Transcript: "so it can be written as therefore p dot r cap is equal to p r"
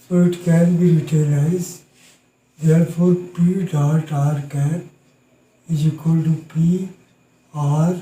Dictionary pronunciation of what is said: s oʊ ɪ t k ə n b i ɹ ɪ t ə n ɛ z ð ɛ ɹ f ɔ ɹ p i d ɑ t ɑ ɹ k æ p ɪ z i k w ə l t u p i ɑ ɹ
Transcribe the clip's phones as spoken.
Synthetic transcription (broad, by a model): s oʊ ɪ t k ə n b i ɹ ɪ t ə l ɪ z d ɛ ɹ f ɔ ɹ p i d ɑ t ɑ ɹ k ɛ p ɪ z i k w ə l t u p i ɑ ɹ